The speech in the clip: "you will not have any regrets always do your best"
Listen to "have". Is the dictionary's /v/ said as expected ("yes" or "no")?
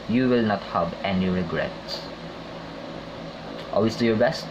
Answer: no